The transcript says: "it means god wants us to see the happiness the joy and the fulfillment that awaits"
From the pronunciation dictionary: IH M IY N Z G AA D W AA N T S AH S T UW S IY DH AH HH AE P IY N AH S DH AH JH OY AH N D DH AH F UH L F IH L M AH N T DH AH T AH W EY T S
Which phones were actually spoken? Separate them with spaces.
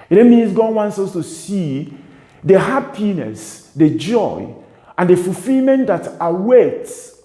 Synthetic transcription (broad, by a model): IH M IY N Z G AA D W AA N T S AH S T UW S IY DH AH HH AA P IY N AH S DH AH JH OY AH N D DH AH F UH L F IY L M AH N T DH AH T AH W EY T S